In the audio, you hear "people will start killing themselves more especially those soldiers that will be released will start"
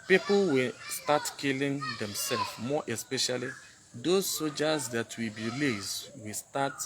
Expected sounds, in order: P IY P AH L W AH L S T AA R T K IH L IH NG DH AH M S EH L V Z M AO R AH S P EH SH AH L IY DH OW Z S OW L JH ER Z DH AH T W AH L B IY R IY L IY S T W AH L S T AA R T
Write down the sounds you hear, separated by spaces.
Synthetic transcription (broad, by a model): P IY P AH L W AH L S T AA T K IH L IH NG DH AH M S EH L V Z M AO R AH S P EH SH AH L IY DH OW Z S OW JH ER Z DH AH T W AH B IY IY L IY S W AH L S T AA T